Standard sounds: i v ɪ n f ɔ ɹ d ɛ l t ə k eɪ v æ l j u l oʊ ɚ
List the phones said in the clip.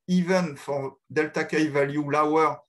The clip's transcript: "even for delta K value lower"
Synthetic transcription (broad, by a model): i v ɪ n f ɔ ɹ d ɛ l t ə k eɪ v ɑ l j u l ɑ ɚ